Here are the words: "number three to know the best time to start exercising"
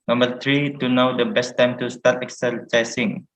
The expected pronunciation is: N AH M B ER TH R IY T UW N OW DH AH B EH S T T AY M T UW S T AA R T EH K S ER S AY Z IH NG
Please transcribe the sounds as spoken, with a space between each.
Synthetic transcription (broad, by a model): N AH M B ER T R IY T UW N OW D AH B EH S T T AY M T UW S T AA T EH K S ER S AY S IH NG